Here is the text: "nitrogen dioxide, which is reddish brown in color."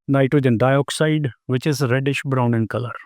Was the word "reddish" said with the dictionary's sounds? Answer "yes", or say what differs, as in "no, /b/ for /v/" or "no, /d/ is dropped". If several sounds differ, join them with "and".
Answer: yes